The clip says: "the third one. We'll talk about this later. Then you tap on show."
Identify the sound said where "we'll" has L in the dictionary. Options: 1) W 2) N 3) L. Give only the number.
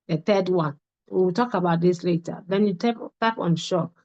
1